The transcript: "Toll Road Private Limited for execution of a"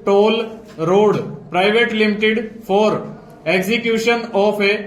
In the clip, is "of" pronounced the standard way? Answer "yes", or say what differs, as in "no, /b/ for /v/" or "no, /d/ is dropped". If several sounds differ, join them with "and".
no, /p/ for /v/